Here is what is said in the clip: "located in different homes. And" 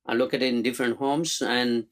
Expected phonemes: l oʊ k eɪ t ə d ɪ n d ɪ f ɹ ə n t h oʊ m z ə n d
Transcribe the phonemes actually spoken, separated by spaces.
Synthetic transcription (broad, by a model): l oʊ k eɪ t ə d ɪ n d ɪ f ɹ ə n t h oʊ m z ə n d